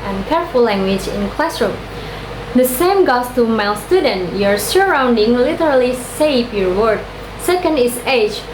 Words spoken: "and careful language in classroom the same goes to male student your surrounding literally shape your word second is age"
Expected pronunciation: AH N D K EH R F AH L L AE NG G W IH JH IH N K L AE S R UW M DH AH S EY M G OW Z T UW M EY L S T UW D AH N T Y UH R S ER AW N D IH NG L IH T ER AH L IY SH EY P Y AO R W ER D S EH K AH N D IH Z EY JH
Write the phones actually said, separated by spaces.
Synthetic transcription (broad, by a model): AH N K EH R F AH L L AE NG G W IH JH IH N K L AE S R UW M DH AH S EY M G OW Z T UW M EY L S T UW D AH N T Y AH R S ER AW N D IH NG L IH T ER AH L IY S EY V Y AO R W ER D S EH K AH N D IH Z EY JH